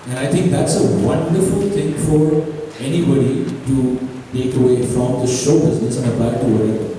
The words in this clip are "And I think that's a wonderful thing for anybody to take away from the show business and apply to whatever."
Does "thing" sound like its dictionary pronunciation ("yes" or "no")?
no